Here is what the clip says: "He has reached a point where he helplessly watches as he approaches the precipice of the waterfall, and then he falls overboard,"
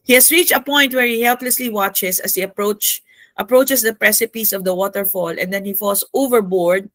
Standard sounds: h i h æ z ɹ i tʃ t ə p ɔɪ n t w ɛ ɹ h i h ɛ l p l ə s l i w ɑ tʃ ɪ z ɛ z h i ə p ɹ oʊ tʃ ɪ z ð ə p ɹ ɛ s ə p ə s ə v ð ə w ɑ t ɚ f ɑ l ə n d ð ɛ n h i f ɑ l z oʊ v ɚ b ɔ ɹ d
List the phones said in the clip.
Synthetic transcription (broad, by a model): h i h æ s ɹ i tʃ t ə p ɔɪ n t w ɛ ɹ h i h ɛ l p l ə s l i w ɑ tʃ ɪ s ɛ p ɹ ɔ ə p ɹ oʊ tʃ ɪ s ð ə p ɹ ɛ s ə p ə s ə v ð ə w ɑ t ɚ f ɑ l ə n d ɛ n h i f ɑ l s oʊ v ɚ b ɔ ɹ d